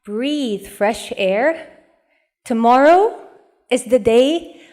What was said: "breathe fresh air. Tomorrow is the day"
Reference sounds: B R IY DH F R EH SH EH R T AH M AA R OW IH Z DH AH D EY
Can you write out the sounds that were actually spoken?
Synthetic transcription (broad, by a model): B R IY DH F R EH SH EH R T AH M AA R OW IH Z DH AH D EY